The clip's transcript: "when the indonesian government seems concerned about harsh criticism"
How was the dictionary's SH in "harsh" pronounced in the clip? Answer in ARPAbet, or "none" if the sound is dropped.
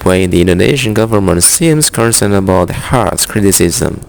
S